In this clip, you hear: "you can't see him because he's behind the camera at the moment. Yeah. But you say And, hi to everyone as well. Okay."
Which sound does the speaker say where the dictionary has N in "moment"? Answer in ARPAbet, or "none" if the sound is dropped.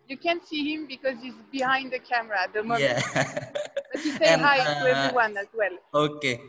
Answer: none